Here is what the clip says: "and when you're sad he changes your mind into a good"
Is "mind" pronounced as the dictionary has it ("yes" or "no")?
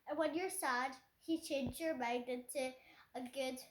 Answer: no